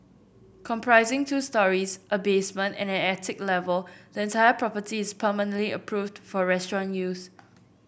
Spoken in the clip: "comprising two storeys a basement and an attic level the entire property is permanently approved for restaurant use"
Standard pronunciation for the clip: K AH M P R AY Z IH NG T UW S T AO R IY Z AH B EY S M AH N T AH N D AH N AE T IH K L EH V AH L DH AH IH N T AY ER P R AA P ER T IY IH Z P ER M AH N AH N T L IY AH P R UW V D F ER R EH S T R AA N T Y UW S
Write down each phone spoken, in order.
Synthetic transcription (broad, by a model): K AH M P R AY Z IH NG T UW S T AO R IY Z AH B EY S M AH N T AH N AH N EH T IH K L EH V AH L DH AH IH N T AY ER P R AA P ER T IY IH S P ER M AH N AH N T L IY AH P R UW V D F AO R EH S T R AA N Y UW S